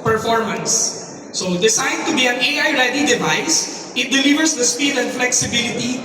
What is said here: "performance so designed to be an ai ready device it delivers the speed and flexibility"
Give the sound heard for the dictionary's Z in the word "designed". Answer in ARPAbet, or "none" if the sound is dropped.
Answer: S